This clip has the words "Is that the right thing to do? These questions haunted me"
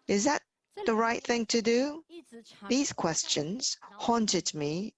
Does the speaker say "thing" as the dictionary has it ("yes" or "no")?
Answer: yes